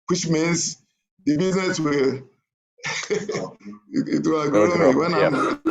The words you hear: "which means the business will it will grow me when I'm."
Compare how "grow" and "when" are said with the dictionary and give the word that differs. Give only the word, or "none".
grow